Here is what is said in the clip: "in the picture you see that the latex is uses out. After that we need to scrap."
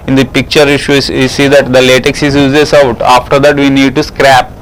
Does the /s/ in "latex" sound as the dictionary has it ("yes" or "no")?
yes